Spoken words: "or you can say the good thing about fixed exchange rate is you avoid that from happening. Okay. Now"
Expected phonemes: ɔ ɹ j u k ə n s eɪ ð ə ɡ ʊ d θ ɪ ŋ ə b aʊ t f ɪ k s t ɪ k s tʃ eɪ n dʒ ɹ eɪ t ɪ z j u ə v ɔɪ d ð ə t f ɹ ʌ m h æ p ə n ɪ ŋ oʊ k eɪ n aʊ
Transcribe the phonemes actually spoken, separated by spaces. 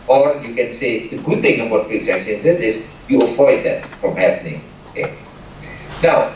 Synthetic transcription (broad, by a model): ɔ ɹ j u k ə n s eɪ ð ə ɡ ʊ d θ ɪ ŋ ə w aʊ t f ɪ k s ɪ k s eɪ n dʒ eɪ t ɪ s j u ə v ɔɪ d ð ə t f ɹ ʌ m h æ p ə n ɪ ŋ oʊ k eɪ n aʊ